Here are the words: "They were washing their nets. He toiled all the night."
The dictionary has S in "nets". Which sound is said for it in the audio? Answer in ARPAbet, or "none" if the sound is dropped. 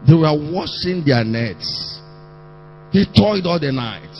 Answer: S